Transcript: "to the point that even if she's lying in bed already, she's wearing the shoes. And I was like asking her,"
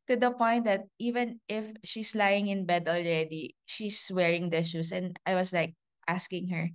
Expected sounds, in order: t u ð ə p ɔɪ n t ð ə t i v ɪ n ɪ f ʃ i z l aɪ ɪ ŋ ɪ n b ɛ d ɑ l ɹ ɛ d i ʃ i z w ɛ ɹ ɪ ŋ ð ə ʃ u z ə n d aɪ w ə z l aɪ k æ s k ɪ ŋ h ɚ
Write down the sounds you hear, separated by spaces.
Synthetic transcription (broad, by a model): t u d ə p ɔɪ n t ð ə t i v ɪ n ɪ f ʃ i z l aɪ ɪ ŋ ɪ n b ɛ d ɑ l ɹ ɛ d i ʃ i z w ɛ ɹ ɪ ŋ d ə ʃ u s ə n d aɪ w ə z l aɪ k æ s k ɪ ŋ h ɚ